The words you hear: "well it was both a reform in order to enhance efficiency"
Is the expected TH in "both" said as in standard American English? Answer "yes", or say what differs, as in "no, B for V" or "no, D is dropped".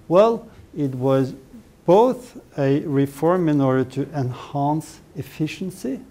yes